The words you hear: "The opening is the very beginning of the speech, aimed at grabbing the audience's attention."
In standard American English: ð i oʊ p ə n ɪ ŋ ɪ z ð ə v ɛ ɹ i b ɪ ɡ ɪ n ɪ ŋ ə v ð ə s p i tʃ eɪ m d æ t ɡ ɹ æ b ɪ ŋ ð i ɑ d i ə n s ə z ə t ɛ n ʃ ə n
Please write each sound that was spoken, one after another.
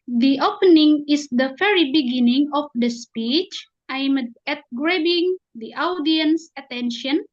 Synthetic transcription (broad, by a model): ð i oʊ p ə n ɪ ŋ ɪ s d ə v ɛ ɹ i b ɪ ɡ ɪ n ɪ ŋ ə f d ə s p i tʃ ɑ m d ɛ t ɡ ɹ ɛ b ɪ ŋ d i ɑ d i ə n s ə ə t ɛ n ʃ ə n